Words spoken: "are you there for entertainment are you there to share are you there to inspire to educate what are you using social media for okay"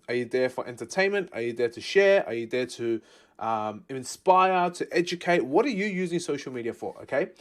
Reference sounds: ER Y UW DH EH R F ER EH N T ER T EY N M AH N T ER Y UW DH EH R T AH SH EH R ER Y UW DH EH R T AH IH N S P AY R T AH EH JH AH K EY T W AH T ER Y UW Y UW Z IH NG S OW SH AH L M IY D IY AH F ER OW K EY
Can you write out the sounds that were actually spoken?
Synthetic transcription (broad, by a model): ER Y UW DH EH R F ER EH N T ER T EY N M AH N T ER Y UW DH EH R T AH SH EH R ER Y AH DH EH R T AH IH N S P AY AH T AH EH JH AH K EY T W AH T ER Y UW Y UW Z IH NG S OW SH AH L M IY D IY AH F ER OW K EY